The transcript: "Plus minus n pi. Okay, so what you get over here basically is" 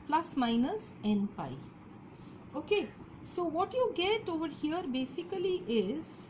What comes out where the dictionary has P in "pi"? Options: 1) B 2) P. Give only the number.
2